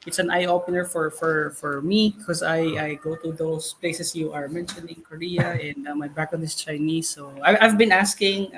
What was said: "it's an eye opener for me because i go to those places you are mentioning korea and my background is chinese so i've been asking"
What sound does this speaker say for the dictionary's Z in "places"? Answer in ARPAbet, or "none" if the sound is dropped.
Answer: S